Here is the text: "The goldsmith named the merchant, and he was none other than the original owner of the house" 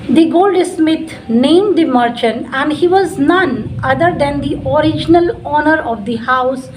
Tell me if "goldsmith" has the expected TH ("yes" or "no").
no